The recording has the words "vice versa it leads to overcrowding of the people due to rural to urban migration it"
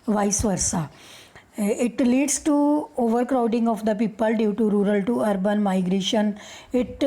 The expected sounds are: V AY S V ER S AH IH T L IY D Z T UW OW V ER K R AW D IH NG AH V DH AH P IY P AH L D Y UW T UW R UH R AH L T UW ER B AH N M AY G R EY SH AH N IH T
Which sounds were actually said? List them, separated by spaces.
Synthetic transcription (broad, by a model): V AY S V ER S AH IH T L IY D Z T UW OW V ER K R AW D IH NG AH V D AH P IY P AH L D Y UW T UW R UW R AH L T UW ER B AH N M AY G R EY SH AH N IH T